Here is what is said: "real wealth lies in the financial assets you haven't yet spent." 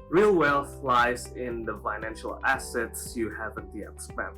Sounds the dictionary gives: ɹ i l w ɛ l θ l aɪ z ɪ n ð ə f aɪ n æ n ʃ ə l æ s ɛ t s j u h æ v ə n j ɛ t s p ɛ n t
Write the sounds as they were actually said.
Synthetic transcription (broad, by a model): ɹ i l w ɛ l f l aɪ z ɪ n ð ə f aɪ n æ n ʃ ə l æ s ɛ t s j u h æ v ə n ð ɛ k s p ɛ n